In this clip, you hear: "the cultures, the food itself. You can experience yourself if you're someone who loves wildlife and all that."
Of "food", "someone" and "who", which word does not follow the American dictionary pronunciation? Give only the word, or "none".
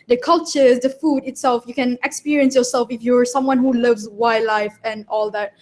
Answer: none